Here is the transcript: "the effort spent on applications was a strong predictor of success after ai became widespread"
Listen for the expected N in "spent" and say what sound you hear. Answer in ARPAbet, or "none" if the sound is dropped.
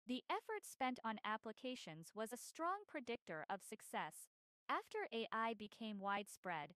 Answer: N